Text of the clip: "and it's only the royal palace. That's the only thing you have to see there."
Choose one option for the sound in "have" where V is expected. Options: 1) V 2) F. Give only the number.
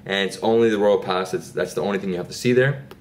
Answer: 2